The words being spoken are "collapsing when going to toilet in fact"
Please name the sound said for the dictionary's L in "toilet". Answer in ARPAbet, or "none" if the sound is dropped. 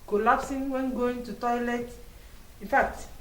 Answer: L